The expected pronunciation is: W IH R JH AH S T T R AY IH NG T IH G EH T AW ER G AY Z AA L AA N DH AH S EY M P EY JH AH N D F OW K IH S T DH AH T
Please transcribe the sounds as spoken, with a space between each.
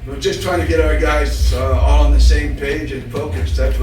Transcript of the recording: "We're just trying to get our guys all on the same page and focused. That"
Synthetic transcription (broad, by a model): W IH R JH AH S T T R AY IH NG T IH G EH T AW ER G AY Z AA L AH N DH AH S EY M P EY JH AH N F OW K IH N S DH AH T